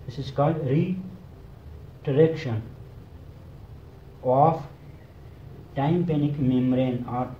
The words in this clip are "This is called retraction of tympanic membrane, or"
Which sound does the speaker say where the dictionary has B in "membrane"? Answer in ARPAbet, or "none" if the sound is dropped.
none